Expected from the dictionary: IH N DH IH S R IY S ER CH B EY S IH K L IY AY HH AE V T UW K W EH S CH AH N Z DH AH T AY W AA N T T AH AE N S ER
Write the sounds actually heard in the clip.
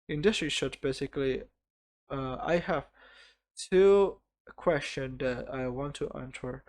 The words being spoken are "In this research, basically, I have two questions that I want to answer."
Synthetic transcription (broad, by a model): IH N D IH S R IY SH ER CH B EY S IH K L IY AY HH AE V T UW K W EH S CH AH N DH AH T AY W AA N T T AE N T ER